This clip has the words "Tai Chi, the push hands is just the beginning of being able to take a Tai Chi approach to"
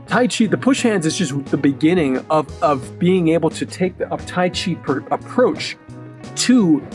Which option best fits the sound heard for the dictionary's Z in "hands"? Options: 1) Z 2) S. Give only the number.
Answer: 1